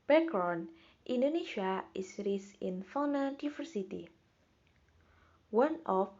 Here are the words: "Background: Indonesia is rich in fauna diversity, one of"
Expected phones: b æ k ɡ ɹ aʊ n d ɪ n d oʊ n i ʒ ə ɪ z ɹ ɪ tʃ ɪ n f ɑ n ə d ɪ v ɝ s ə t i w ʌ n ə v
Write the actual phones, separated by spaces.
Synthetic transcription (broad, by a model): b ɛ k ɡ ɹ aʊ n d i n d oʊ n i ʃ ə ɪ s ɹ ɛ s ɪ n f ɑ n ə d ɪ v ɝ s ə t i w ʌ n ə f